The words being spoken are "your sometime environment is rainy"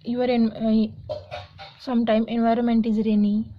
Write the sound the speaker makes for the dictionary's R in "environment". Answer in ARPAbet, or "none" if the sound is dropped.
R